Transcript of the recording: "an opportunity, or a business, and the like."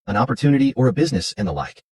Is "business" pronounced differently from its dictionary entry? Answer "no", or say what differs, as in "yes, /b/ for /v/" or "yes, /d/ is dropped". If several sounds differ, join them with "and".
no